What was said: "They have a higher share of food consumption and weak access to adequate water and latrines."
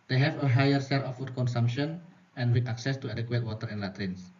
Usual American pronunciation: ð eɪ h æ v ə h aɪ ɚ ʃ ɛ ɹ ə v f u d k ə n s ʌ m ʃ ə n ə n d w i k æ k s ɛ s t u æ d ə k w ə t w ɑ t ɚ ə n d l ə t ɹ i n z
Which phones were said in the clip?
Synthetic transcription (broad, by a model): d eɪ h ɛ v ə h aɪ ɚ s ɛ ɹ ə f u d k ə n s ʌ m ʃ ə n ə n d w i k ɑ k s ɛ s t u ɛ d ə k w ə t w ɑ t ɚ ə n d l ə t ɹ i n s